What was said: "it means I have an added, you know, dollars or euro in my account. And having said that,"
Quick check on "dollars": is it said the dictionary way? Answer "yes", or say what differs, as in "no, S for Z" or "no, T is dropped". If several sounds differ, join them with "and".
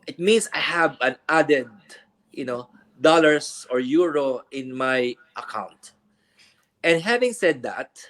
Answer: no, S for Z